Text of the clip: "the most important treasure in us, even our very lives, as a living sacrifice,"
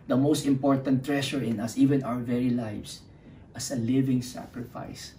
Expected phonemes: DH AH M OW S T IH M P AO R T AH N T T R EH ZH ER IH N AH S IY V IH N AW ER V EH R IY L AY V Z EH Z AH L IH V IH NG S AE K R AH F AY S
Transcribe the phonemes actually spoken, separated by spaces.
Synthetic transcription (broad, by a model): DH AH M OW S T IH M P AO R T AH N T T R EH SH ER IH N AH S IY V IH N AW ER V EH R IY L AY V S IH S AH L IH V IH NG S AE K R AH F AY S